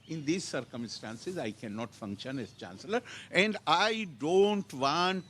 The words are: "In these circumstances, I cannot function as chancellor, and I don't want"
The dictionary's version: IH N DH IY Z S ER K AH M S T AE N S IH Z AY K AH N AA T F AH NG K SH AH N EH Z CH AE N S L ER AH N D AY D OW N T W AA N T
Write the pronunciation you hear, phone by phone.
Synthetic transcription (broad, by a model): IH N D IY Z S ER K AH M S T AE N S IH Z AY K AH N AA T F AH NG K SH AH N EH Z CH AE N S L ER AH N D AY D OW N T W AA N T